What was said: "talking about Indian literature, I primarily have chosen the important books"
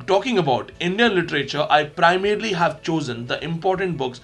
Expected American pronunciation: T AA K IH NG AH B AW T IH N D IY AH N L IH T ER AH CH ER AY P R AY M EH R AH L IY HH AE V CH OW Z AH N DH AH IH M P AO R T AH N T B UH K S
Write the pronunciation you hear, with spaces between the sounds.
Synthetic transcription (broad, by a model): T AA K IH NG AH B AW T IH N D IY AH N L IH T ER AH CH ER AY P R AY M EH R L IY HH AE V CH OW Z AH N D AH IH M P AO R T AH N T B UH K S